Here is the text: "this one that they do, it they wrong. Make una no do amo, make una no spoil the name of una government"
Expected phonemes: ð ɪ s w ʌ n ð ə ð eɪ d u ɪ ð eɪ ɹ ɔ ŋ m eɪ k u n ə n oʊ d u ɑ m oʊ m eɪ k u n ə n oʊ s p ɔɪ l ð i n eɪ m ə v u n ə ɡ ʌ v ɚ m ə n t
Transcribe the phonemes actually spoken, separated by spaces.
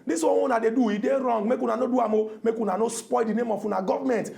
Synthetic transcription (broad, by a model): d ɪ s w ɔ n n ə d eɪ d u ɪ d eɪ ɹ ɔ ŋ m eɪ k u n ə n oʊ d u ɑ m oʊ m eɪ k u n ə n oʊ s p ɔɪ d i n eɪ m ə f u n ə ɡ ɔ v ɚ m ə n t